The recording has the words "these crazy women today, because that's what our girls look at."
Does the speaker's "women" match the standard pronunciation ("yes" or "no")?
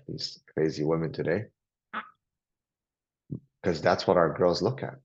yes